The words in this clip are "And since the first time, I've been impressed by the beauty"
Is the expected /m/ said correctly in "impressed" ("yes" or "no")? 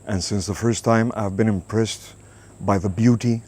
yes